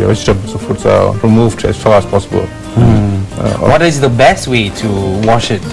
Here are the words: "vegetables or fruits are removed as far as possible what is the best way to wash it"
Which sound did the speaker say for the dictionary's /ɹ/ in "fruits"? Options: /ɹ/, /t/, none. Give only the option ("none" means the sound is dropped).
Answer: none